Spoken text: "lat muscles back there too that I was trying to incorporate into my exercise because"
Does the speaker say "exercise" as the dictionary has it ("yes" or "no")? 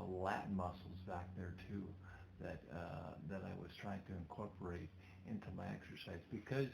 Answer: yes